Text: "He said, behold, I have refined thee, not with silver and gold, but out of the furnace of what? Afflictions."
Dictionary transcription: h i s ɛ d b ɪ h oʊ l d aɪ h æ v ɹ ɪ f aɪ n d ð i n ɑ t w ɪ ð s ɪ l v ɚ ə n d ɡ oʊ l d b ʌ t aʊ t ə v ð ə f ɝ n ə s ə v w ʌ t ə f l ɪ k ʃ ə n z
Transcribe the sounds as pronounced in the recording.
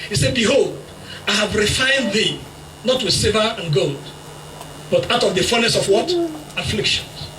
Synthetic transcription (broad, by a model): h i s ɛ d b ɪ h oʊ l d aɪ h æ v ɹ ɪ f aɪ n d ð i n ɑ t w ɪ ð s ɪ v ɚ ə n ɡ oʊ l d b ʌ t aʊ t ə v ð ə f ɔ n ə s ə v w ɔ t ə f l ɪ k ʃ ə n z